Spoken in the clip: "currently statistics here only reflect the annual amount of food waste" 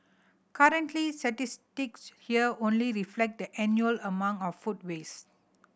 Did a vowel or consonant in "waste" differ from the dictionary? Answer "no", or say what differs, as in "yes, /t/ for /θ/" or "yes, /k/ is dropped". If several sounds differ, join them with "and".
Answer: yes, /t/ is dropped